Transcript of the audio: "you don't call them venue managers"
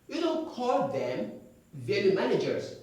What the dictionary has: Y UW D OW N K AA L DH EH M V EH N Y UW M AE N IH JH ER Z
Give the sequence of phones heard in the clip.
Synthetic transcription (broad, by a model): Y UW D OW N K AA L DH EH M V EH L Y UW M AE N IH JH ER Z